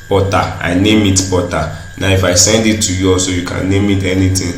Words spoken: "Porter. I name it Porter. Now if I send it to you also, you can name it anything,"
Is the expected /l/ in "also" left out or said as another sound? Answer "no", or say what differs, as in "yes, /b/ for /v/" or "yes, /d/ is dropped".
yes, /l/ is dropped